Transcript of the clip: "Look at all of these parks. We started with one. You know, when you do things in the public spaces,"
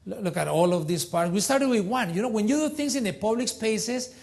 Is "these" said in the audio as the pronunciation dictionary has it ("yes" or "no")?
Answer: no